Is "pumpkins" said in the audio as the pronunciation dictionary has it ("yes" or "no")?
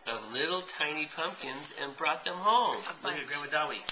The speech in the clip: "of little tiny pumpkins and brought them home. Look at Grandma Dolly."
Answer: yes